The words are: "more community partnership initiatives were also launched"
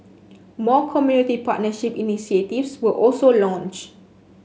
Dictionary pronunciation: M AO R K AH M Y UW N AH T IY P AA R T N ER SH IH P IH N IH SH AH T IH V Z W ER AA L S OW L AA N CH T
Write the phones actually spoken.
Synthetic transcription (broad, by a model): M AO K AH M Y UW N AH T IY P AA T N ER SH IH P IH N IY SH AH T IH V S W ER AA L S OW L AA N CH